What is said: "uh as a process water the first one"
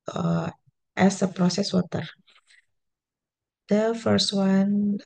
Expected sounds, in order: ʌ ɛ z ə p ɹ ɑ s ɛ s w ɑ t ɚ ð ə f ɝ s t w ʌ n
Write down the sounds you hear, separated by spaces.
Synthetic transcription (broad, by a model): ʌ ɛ s ə p ɹ ɑ s ɛ s w ɑ t ɚ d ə f ɝ s t w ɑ n